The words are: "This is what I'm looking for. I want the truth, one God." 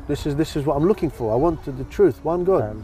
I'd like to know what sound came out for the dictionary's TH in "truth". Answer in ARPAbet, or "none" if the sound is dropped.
TH